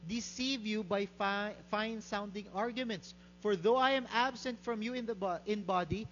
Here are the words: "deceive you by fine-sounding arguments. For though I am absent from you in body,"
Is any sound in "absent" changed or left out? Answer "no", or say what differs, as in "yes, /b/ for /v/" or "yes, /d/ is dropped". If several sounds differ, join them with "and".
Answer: no